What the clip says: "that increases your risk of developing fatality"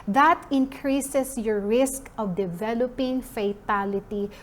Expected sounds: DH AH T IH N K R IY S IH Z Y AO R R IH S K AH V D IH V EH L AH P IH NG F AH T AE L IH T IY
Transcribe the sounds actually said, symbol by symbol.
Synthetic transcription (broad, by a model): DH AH T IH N K R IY S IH S Y AO R R IH S K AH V D IH V EH L AH P IH NG F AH T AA L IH T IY